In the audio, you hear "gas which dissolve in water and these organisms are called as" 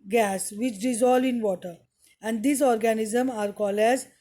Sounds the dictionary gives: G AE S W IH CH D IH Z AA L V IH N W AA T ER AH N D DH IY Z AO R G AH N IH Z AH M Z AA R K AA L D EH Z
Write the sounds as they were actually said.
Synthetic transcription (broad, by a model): G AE S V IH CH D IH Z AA L IH N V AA T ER AH N D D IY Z AO R G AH N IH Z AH M AA R K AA L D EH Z